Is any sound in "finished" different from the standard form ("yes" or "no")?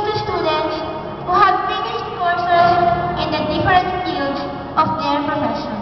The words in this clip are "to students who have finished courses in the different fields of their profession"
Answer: yes